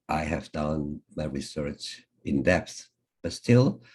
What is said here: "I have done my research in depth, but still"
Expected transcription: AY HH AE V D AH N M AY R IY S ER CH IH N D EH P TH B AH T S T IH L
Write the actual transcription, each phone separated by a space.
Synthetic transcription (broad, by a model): AY HH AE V D AH N M AY R IY S ER CH IH N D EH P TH B AH T S T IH L